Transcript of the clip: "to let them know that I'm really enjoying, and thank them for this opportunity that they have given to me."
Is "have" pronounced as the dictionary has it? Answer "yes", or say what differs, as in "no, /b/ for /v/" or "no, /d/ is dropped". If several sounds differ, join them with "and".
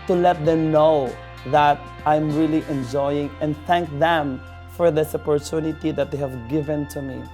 yes